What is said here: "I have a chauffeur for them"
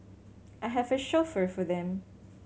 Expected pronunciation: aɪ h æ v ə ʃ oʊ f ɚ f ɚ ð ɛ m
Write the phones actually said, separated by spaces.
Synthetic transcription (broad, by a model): aɪ h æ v ə ʃ oʊ f ɚ f ɚ ð ɛ m